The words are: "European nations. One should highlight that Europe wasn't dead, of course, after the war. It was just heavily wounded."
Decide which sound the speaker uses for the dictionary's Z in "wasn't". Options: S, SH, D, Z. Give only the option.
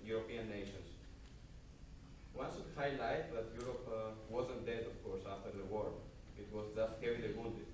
Z